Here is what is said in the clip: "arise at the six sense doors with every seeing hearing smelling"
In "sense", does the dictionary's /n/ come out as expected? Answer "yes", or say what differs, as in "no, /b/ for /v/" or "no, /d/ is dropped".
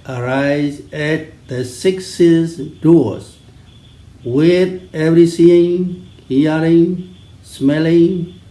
no, /n/ is dropped